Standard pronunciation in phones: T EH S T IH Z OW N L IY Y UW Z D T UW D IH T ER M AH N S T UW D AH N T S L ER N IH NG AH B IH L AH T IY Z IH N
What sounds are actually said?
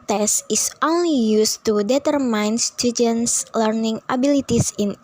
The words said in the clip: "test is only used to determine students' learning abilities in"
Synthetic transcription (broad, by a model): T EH S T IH S OW N L IY Y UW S T UW D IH T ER M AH N S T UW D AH N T S L ER N IH NG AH B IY L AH T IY S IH N